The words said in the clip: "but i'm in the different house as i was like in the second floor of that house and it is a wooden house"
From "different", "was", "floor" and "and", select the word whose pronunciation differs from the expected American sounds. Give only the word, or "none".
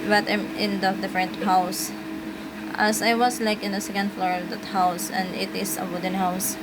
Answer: was